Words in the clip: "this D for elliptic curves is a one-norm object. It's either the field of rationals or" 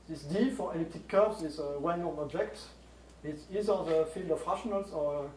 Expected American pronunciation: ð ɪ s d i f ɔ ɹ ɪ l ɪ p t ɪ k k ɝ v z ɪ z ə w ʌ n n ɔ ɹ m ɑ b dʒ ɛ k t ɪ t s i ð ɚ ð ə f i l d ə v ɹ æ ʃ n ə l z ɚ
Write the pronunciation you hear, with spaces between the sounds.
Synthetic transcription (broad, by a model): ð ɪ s d i f ɔ ɹ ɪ l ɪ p t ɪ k k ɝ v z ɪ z ə w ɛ l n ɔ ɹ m ɑ b dʒ ɛ k t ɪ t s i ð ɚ ð ə f i l d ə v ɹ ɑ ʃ n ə l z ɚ